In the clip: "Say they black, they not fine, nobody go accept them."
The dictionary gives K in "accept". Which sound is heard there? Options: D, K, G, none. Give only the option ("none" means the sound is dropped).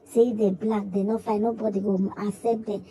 none